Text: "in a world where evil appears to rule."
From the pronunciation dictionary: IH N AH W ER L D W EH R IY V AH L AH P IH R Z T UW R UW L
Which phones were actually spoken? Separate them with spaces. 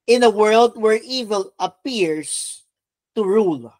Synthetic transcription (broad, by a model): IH N AH W ER L D W EH R IY V AH L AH P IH R S T UW R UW L